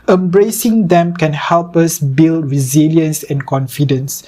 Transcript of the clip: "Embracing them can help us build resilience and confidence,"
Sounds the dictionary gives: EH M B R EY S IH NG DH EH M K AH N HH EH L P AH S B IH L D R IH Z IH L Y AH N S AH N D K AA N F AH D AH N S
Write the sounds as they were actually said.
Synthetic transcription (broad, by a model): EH M B R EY S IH NG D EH M K AH N HH EH L P AH S B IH L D R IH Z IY L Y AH N S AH N K AA N F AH D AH N S